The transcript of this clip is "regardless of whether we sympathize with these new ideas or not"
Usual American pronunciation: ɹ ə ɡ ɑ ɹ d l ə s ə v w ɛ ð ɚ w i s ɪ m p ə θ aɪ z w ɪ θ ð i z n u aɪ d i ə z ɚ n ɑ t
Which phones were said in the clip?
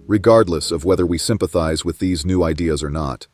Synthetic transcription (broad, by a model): ɹ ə ɡ ɑ ɹ d l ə s ə v w ɛ ð ɚ w i s ɪ m p ə θ aɪ z w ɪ ð i z n u aɪ d i ə z ɚ n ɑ t